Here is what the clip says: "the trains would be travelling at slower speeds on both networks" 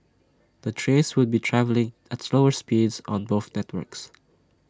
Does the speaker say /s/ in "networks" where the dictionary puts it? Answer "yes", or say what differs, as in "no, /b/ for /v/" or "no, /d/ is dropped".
yes